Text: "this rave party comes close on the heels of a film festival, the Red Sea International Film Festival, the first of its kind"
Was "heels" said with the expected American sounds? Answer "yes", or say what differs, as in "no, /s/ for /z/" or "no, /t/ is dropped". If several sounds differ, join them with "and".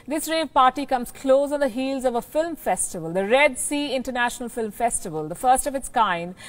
yes